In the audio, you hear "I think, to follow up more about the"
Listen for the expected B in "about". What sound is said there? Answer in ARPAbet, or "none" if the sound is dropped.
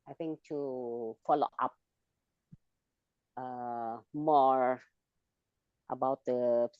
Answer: B